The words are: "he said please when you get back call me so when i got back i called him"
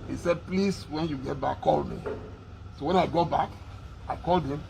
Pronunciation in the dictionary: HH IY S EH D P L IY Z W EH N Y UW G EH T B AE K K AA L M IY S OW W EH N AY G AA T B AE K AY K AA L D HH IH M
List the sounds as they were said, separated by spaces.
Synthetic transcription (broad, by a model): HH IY S EH D P L IY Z W EH N Y UW G EH T B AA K K AA L M IY S OW W EH N AY G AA B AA K AY K AA L D HH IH M